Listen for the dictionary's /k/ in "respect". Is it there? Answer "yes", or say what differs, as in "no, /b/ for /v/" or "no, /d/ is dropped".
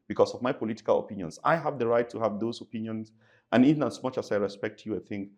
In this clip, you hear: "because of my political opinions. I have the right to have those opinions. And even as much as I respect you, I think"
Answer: yes